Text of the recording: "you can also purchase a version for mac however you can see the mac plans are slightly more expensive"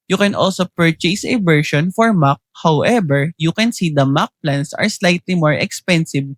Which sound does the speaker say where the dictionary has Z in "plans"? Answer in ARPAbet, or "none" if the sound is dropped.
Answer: S